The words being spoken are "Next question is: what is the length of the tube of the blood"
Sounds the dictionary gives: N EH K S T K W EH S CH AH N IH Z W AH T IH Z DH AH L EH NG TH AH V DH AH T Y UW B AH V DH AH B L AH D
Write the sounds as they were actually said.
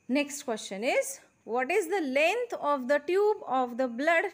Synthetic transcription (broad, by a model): N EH K S T K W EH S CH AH N IH Z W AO T IH Z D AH L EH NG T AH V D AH T Y UW B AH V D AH B L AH D